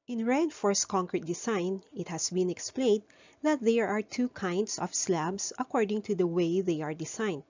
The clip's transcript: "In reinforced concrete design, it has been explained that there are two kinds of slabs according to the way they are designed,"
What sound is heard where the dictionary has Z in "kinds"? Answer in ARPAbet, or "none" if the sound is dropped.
S